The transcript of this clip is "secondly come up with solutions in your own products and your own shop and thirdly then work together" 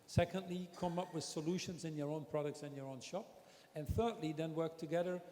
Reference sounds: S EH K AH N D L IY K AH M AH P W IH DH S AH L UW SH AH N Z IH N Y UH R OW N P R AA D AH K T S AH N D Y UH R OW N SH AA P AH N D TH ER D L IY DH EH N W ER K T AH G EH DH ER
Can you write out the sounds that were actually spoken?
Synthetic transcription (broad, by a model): S EH K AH N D L IY K AH M AH P W IH DH S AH L UW SH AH N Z IH N Y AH R OW N P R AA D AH K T S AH N Y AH R OW N SH AA P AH N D TH ER D L IY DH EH N W ER K T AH G EH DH ER